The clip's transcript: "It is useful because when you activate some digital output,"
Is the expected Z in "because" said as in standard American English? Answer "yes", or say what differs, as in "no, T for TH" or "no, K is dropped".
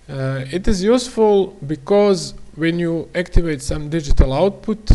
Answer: yes